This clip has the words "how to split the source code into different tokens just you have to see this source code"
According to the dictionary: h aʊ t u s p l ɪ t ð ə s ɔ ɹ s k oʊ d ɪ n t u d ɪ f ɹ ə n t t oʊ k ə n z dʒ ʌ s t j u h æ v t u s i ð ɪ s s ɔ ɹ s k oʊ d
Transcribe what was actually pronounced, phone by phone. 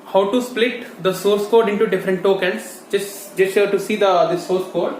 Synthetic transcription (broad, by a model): h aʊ t u s p l ɪ t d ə s ɔ ɹ s k oʊ d ɪ n t u d ɪ f ɹ ə n t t oʊ k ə n s dʒ ʌ s t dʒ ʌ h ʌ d t u s i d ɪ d s ɔ ɹ s k oʊ d